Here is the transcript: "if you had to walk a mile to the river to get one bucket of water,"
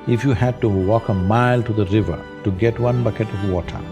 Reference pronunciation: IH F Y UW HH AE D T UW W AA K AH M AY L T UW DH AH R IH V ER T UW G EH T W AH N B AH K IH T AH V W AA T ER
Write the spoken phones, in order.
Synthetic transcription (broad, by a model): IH F Y UW HH AE D T UW W AA K AH M AY L T UW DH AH R IH V ER T UW G EH T W AH N B AH K IH T AH V W AA T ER